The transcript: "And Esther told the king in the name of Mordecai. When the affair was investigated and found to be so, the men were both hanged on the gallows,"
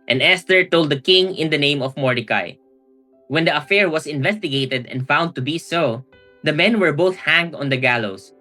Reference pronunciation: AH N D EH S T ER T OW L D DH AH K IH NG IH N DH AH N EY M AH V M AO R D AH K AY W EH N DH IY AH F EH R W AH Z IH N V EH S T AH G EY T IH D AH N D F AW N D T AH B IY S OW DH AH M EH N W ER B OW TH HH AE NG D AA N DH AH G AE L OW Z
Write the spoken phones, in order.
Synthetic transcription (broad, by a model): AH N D EH S T ER T OW L D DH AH K IH NG IH N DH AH N EY M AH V M AO R D AH K AY W EH N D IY AH F EH R W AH S IH N V EH S T AH G EY T IH D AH N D F AW N D T AH B IY S OW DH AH M EH N W ER B OW TH HH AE NG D AA N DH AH G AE L OW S